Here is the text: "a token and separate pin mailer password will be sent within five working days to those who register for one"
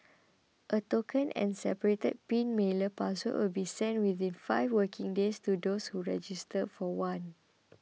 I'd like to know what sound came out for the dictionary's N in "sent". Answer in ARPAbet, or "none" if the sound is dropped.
N